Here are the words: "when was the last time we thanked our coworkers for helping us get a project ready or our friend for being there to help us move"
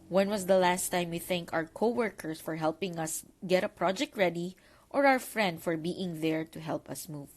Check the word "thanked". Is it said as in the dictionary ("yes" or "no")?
no